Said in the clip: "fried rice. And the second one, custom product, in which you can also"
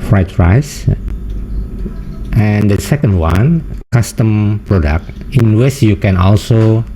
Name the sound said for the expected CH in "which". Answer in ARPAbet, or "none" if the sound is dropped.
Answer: S